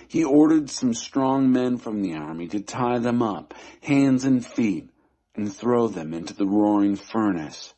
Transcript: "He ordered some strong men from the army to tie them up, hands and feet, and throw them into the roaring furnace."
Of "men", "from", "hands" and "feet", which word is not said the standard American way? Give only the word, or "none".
none